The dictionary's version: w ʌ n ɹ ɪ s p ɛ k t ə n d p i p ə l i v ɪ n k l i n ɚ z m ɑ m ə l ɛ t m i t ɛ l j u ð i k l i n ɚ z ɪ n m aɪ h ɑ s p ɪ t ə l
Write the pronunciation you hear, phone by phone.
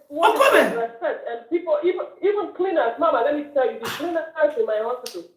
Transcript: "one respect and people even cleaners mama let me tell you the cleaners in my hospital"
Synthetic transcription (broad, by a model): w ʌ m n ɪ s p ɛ t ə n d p i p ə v i v ɪ n k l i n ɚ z m ɑ m ə l ɛ t m i t ɛ l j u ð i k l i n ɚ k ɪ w m aɪ h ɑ s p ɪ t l